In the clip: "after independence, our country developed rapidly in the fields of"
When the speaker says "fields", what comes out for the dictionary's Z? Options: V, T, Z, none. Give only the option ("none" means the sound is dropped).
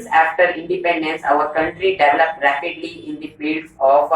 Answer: none